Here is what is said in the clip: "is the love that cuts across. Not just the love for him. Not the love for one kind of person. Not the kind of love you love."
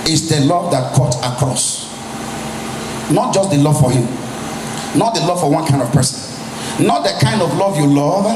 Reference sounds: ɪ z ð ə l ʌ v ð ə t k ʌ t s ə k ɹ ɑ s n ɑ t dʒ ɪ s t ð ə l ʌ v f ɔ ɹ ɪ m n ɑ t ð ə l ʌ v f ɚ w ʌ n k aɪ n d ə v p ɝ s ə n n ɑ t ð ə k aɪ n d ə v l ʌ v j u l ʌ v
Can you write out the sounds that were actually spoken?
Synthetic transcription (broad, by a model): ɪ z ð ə l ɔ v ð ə t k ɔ t ə k ɹ ɑ s n ɑ t dʒ ɪ s t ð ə l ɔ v f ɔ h ɪ m n ɑ t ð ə l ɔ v f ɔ w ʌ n k aɪ n d ə v p ɝ s ə n n ɑ t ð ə k aɪ n d ə v l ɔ v j u l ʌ v